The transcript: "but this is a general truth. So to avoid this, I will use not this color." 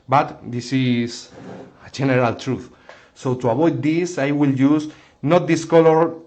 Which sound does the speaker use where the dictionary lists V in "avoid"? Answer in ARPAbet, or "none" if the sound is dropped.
B